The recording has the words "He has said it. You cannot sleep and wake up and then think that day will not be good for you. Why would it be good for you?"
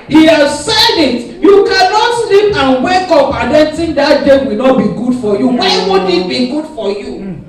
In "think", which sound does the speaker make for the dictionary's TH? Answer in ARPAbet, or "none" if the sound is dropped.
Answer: T